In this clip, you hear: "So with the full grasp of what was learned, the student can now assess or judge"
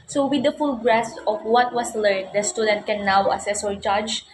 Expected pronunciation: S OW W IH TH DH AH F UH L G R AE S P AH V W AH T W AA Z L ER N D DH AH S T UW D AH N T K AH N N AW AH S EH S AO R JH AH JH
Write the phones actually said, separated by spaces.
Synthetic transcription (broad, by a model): S OW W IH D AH F UH L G R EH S AH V W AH T W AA S L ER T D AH S T UW D AH N T K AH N N AW AH S EH S AO R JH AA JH